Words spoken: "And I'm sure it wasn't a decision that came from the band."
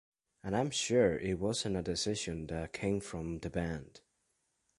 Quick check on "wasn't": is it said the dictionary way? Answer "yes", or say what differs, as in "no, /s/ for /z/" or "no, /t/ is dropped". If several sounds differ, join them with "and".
no, /t/ is dropped